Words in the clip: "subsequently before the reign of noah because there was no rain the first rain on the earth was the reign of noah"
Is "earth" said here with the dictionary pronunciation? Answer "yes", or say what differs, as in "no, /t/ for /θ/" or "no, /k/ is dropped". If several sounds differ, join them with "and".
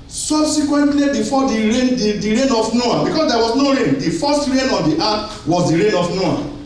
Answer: no, /t/ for /θ/